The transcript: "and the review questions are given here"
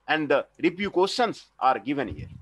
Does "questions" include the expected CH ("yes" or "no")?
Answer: no